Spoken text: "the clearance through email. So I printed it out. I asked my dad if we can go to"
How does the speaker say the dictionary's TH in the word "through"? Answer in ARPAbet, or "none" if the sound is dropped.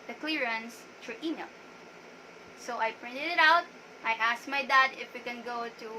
T